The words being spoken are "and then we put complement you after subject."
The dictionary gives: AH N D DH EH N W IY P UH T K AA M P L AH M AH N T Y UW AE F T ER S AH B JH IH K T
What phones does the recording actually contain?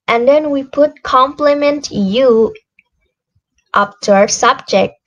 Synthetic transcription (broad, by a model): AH N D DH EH N W IY P UH T K AA M P L AH M AH N T Y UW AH P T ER S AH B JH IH K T